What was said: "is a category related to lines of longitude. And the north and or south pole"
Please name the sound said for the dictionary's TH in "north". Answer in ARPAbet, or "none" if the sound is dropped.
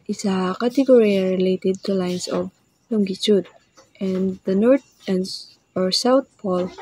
T